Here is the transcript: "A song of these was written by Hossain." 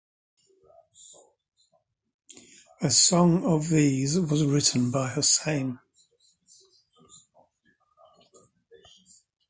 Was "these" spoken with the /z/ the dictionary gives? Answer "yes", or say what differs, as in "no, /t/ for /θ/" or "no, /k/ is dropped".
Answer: yes